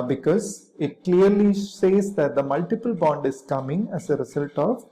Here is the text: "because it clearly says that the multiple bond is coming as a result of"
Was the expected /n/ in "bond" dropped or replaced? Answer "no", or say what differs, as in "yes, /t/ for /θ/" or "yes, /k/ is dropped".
no